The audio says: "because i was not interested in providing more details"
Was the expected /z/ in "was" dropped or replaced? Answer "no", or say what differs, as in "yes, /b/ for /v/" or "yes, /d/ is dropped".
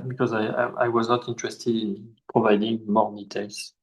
no